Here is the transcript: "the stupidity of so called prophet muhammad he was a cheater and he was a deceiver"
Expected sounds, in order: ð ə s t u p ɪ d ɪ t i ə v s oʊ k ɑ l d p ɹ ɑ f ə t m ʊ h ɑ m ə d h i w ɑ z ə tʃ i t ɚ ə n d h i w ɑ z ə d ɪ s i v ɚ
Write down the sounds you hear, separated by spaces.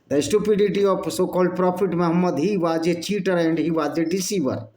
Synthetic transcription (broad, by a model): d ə s t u p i d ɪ t i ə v s oʊ k ɑ l d p ɹ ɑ p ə t m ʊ h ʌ m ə d h i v ɑ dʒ ə tʃ i t ɚ ə n d h i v ɑ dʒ ə d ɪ s i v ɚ